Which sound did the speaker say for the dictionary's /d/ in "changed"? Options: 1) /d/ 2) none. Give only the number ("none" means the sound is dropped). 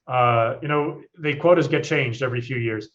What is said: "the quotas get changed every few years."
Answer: 1